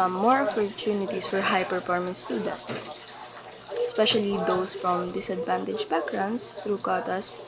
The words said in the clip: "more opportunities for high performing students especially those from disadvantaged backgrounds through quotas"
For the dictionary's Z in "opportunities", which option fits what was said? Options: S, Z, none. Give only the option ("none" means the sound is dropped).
S